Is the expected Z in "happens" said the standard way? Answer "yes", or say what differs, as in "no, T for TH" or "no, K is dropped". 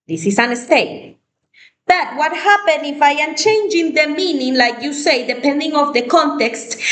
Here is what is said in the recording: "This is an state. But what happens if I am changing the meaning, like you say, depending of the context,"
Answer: no, Z is dropped